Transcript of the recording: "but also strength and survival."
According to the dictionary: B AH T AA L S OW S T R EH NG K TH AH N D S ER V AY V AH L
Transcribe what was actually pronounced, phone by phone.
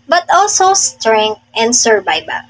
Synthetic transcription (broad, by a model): B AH T AA L S OW S T R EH NG K T AH N D S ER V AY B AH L